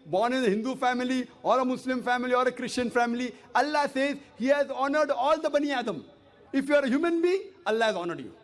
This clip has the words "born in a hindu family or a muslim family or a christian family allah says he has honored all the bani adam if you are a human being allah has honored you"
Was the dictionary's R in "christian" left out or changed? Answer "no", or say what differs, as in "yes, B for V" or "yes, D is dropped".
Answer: no